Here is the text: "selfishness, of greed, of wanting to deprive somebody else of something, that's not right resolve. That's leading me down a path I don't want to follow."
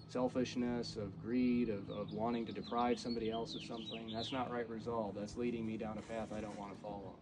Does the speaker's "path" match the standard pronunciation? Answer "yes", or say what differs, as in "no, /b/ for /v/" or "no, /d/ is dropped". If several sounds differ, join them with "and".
yes